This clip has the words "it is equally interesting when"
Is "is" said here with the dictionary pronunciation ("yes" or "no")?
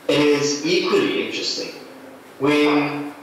yes